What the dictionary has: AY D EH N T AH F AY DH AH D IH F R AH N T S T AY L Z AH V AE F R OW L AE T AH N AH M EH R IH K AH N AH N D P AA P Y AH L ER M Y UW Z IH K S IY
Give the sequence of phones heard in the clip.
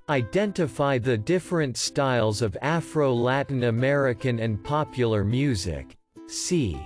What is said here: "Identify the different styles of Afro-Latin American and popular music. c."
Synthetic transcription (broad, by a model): AY D EH N T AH F AY DH AH D IH F R AH N T S T AY L Z AH V AE F R OW L AE T N AH M EH R IH K AH N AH N P AA P Y L ER M Y UW Z IH K S IY